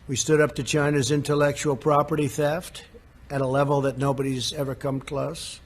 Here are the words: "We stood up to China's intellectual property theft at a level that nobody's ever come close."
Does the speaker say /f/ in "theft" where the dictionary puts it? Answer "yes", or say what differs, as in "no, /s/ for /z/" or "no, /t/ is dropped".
yes